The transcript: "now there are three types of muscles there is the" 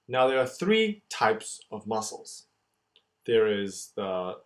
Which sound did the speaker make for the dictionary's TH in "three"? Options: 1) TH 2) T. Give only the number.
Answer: 1